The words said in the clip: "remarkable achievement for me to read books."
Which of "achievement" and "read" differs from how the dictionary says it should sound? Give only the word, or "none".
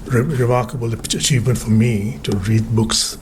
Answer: none